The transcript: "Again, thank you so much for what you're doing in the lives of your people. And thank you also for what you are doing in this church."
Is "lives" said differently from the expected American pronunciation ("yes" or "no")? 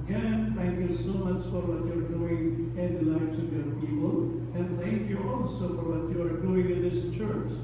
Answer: yes